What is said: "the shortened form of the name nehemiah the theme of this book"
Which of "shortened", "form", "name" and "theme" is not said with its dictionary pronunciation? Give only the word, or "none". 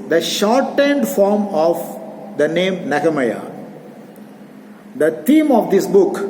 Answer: theme